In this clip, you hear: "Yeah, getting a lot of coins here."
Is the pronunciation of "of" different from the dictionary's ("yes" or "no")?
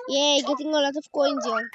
yes